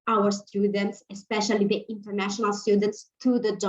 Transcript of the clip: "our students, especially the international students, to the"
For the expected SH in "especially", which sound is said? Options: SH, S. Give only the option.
SH